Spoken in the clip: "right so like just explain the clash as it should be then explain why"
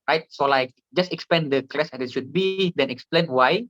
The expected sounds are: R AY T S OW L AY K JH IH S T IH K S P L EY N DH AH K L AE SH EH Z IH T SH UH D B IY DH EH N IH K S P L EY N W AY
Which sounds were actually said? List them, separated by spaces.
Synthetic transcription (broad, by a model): R AY T S OW L AY K JH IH S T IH K S P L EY N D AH K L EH S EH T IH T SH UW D B IY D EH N IH K S P L EY N W AY